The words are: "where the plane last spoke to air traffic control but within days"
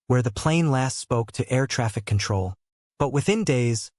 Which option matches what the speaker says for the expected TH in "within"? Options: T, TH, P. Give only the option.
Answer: TH